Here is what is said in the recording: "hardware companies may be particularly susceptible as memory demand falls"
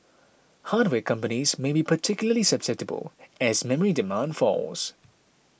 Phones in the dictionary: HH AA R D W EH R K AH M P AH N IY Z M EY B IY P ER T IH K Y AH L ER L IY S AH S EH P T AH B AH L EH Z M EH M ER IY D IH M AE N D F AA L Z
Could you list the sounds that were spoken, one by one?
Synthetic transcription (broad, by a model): HH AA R D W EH K AH M P AH N IY Z M EY B IY P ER T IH K Y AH L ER L IY S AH S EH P T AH B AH L EH Z M EH M ER IY D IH M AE N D F AA L Z